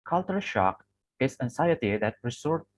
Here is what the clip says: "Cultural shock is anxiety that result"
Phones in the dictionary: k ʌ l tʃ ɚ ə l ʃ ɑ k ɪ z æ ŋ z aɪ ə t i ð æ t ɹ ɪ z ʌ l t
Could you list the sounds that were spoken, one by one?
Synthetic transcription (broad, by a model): k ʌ l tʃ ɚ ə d ʃ ɑ k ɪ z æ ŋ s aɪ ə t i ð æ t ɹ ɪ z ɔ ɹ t